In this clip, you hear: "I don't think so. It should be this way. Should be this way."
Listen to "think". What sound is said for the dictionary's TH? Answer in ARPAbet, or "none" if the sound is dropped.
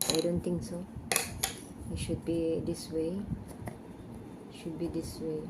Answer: T